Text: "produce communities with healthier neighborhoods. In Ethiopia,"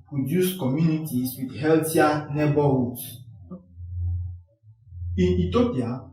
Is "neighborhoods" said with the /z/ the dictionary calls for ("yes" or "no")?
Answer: no